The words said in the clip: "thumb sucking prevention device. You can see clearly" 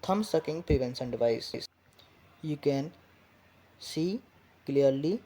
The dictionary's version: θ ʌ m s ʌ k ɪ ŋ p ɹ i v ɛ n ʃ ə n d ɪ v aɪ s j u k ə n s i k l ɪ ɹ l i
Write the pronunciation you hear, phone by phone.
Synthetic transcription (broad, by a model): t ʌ m s ʌ k ɪ ŋ p ɹ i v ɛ n s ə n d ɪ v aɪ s j u k ə n s i k l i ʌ l i